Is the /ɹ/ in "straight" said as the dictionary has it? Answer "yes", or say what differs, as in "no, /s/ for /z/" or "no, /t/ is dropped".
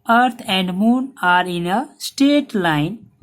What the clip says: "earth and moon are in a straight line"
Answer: no, /ɹ/ is dropped